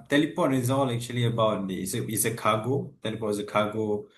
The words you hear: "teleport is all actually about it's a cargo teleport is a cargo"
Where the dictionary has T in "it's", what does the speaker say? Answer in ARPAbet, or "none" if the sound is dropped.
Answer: S